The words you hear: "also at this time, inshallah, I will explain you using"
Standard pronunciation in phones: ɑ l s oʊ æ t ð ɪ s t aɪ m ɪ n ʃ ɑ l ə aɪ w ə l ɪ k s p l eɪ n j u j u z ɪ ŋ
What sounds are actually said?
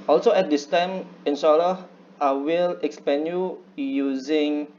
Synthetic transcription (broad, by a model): ɑ l s oʊ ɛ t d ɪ s t aɪ m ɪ n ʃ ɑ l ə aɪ w ə l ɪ k s p eɪ n j u j u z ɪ ŋ